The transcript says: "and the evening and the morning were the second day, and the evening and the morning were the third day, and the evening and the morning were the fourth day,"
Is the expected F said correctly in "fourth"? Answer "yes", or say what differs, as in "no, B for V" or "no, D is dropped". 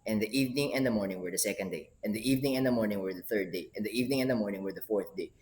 yes